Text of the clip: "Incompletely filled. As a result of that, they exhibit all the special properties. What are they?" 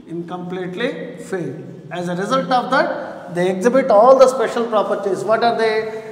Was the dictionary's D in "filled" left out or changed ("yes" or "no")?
yes